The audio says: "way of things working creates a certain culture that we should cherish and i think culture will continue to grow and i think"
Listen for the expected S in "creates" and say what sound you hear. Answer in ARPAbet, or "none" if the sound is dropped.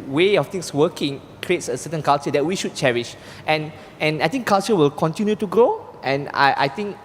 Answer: S